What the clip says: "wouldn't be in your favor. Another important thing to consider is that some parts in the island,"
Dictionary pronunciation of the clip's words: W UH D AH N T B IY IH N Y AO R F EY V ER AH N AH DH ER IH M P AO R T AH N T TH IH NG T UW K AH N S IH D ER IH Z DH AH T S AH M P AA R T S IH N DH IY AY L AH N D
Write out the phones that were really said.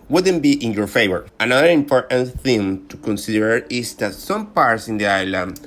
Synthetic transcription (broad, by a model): W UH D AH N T B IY IH N Y AO R F EY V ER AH N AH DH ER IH M P AO R T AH N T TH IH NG T UW K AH N S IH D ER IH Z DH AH T S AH M P AA R T S IH N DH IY AY L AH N